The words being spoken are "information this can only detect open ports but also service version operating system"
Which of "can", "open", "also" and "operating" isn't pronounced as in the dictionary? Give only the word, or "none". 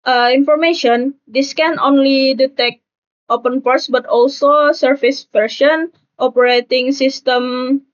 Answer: none